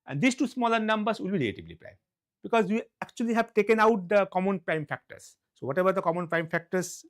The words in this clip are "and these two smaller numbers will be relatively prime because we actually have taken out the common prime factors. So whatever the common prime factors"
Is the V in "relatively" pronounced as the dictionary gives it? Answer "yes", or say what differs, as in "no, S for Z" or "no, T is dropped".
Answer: no, B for V